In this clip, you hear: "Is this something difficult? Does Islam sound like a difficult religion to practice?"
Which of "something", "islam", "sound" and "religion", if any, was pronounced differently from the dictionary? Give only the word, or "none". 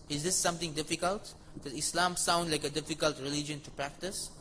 something